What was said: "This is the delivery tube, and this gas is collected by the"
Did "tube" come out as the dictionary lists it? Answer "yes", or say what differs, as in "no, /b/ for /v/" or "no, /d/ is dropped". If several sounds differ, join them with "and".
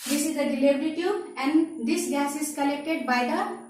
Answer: no, /b/ is dropped